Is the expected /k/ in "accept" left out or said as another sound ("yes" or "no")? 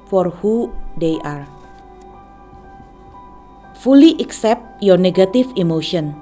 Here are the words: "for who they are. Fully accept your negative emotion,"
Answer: no